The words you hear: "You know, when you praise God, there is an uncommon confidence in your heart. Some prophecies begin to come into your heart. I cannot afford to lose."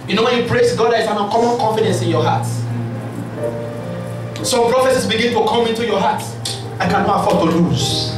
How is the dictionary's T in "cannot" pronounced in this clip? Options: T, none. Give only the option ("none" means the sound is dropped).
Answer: none